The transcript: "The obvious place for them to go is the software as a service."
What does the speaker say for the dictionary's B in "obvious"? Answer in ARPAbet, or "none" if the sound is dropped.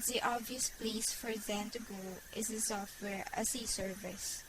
B